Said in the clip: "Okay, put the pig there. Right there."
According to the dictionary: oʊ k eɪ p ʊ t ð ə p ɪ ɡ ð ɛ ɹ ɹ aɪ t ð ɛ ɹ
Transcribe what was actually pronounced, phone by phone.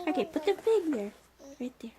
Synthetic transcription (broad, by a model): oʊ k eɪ p ʊ t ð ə f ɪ ɡ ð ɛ ɹ ɹ aɪ t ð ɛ ɹ